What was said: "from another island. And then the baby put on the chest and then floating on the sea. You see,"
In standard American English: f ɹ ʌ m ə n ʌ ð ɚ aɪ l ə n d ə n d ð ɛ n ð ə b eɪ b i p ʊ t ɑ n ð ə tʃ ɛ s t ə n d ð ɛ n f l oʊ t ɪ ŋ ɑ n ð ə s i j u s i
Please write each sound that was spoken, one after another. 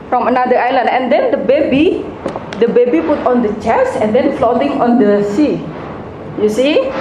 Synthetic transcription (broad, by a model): f ɹ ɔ m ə n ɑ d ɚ aɪ l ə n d ə n d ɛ n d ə b eɪ b i p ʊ t ɑ n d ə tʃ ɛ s ə n d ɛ n f l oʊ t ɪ ŋ ɑ n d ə s i j u s i